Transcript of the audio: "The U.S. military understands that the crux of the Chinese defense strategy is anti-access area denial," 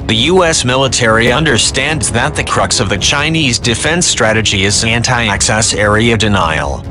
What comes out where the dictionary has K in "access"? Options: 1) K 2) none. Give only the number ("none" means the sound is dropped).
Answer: 1